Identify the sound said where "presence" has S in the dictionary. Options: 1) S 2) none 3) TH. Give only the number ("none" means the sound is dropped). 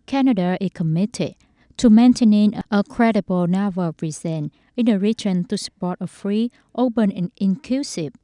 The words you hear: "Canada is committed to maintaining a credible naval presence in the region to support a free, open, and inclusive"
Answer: 2